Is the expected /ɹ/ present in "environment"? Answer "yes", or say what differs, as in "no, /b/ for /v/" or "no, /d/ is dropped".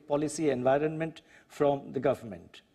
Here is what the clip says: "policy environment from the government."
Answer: yes